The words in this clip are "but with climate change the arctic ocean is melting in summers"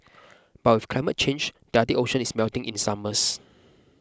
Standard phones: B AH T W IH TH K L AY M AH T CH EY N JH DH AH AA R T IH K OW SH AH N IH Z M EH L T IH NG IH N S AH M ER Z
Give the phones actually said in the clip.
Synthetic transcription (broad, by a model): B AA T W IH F K L AY M AH T CH EY N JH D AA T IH OW SH AH N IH S M EH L T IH NG IH N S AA M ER S